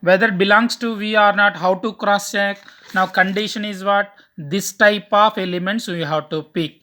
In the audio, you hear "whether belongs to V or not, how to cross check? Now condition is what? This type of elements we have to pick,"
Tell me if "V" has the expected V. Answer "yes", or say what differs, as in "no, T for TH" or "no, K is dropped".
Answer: yes